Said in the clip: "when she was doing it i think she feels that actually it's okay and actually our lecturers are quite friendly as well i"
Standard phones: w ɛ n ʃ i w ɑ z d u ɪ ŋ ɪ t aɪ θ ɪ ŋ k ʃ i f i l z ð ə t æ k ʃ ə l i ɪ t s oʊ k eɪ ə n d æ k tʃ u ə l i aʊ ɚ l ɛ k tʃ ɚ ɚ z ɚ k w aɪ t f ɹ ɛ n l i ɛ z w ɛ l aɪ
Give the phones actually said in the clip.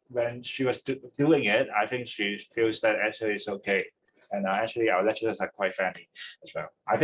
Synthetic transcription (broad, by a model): w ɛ n ʃ i w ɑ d d u ɪ ŋ ɪ t aɪ θ ɪ ŋ k ʃ i f i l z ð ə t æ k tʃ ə l i ɪ t s oʊ k eɪ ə n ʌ æ k tʃ u ə l i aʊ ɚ l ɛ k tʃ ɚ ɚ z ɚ k w aɪ t f ɛ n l i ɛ s w ɛ l aɪ